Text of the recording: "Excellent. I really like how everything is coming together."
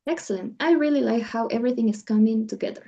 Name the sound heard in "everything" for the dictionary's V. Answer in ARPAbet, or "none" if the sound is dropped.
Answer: V